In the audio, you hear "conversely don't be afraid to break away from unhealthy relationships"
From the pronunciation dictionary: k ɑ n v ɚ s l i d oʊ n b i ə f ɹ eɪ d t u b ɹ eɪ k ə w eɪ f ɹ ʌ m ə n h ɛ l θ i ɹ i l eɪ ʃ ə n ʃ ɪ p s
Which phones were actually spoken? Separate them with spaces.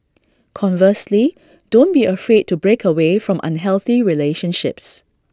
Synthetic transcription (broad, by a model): k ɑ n v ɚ s l i d oʊ n b i ə f ɹ eɪ d t u b ɹ eɪ k ə w eɪ f ɹ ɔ m ə n h ɛ l θ i ɹ i l eɪ ʃ ə n ʃ ɪ p s